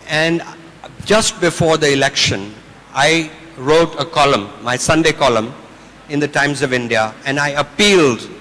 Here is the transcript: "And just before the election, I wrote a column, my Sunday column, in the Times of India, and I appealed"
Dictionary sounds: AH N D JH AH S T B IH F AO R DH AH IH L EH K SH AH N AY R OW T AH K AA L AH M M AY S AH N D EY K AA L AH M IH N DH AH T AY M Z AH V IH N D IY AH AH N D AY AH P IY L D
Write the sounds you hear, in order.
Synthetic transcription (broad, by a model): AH N D JH AH S T B IH F AO R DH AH IH L EH K SH AH N AY R OW T AH K AA L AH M M AY S AH N D EY K AA L AH M IH N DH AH T AY M Z AH V IH N D IY AH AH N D AY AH P IY L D